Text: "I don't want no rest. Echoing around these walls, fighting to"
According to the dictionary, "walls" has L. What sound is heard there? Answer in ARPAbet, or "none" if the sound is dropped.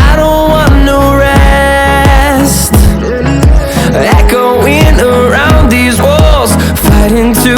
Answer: L